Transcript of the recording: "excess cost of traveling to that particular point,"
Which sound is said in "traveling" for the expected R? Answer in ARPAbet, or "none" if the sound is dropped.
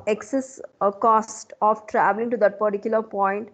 R